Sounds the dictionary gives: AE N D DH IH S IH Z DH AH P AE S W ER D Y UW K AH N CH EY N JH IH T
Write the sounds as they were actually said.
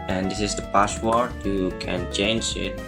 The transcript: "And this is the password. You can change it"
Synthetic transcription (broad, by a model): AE N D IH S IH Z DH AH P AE SH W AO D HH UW K AH N CH EY N JH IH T